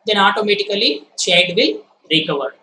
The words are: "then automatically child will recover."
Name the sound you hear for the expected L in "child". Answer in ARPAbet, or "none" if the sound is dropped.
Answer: none